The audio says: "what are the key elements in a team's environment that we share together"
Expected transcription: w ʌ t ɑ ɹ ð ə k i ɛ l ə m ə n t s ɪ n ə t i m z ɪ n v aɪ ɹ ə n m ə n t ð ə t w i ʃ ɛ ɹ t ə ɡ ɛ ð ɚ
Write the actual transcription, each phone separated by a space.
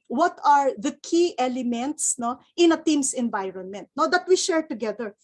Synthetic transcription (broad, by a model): w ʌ t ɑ ɹ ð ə k i ɛ l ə m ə n t s ɪ n ə t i m s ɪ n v aɪ ɹ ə n m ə n t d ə t w i ʃ ɛ ɹ t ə ɡ ɛ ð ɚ